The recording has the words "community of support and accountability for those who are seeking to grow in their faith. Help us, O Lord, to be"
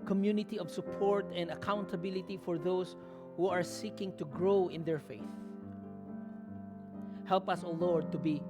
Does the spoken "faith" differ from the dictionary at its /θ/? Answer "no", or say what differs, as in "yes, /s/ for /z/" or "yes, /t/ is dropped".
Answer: no